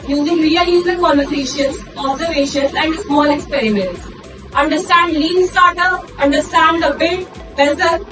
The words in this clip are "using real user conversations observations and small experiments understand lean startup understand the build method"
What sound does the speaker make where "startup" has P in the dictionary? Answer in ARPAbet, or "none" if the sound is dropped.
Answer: none